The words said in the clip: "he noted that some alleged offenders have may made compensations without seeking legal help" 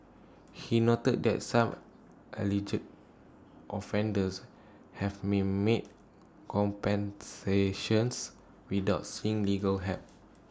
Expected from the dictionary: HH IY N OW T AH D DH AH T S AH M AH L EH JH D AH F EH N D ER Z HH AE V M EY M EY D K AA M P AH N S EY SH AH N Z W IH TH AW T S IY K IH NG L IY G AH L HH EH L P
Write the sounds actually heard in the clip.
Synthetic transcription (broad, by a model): HH IY N OW T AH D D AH T S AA M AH L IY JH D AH F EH N D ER S HH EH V M EY M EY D K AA M P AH N S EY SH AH N S W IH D AW T S IY IH NG L IY G AH L HH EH P